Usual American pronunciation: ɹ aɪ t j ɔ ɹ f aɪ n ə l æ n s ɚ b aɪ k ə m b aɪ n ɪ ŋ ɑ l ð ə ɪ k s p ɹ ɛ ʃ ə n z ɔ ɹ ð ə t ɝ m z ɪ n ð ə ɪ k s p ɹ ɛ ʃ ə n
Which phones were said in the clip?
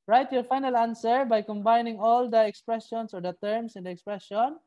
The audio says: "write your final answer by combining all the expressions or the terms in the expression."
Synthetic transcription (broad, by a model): ɹ aɪ t j ɔ ɹ f aɪ n ə l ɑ n s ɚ b aɪ k ə m b aɪ n ɪ ŋ ɑ l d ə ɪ k s p ɹ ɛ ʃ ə n s ɔ ɹ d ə t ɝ m s ɪ n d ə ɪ k s p ɹ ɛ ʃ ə n